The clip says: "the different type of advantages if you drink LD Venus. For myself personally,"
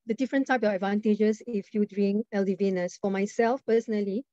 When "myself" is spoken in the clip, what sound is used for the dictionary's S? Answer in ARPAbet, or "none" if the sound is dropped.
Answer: S